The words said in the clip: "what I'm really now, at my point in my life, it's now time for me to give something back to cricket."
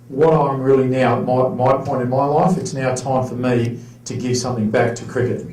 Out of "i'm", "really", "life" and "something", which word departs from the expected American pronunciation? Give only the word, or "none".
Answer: none